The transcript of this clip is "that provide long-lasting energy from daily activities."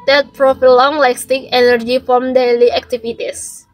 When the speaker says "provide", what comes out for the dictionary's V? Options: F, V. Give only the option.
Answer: F